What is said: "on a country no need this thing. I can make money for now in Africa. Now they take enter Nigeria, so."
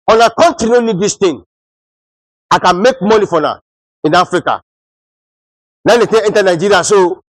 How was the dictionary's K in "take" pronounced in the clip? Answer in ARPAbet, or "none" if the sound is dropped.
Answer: none